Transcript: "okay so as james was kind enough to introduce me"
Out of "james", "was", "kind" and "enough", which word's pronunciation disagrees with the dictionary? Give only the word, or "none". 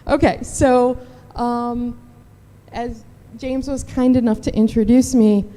none